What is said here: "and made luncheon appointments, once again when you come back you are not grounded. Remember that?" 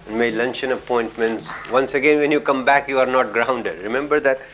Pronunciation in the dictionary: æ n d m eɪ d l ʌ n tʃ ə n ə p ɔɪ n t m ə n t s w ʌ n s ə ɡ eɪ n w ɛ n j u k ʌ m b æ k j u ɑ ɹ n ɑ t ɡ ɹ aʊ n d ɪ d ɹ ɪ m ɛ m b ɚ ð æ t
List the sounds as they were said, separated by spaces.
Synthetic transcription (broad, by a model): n m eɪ l ʌ n tʃ ə n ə p ɔɪ n t m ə n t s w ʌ n s ə ɡ eɪ n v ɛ n j u k ʌ m b æ k j u ɑ ɹ n ɑ t ɡ ɹ aʊ n d ɪ d ɹ ɪ m ɛ m b ɚ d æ t